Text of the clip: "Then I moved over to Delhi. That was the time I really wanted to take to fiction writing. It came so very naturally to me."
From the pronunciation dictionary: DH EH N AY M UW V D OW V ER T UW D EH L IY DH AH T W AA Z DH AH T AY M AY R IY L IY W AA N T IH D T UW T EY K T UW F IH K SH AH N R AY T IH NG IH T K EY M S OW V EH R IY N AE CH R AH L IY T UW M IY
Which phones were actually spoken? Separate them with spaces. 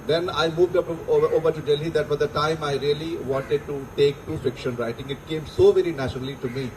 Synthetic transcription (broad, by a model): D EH N AY M UW V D OW V ER T UW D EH L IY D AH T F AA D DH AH T AY M AY R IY L IY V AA N T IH D T UW T EY K T UW F IH K SH AH N R AY T IH NG IH T K EY M S OW V EH R IY N AE CH R AH L IY T UW M IY